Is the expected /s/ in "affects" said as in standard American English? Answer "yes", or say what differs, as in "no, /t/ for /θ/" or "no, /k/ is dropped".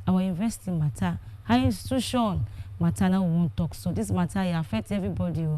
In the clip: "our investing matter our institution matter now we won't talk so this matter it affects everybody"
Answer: no, /s/ is dropped